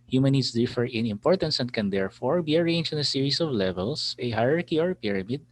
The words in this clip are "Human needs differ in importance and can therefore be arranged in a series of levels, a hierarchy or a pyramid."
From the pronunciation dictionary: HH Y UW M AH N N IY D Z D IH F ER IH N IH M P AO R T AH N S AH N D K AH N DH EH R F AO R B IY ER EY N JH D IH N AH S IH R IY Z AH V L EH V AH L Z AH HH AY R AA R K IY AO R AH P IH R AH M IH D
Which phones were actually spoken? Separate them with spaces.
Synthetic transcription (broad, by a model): HH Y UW M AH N N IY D S D IH F ER IH N IH M P AO R T AH N S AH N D K AH N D EH R F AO R B IY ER EY N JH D IH N AH S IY R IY S AH V L EH V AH L S AH HH AY R AA R K IY AO R P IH R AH M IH D